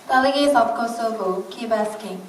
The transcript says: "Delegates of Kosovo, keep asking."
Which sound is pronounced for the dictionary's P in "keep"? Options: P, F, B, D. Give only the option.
B